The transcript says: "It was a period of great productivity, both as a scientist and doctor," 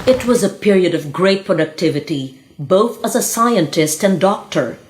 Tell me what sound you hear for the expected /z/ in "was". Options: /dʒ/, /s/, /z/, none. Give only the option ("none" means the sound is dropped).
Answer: /z/